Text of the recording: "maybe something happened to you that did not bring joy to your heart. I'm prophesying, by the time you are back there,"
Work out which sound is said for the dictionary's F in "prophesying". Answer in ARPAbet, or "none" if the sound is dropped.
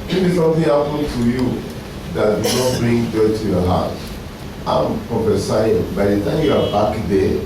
P